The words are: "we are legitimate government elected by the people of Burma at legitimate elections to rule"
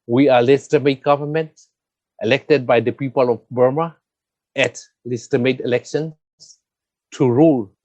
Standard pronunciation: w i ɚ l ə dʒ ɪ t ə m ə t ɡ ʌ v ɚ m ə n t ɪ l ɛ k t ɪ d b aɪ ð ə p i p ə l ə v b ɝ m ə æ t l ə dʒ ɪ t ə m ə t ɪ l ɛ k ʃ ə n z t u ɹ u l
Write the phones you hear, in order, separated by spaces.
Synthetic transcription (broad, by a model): w i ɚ l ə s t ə m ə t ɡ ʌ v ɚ m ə n t ɪ l ɛ k t ɪ d b aɪ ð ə p i p ə l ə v b ɝ m ə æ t l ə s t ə m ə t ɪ l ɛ k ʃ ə n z t u ɹ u l